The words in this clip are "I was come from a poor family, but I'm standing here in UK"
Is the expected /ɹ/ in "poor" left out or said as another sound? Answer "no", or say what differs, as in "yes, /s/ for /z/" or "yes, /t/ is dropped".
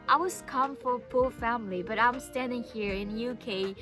yes, /l/ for /ɹ/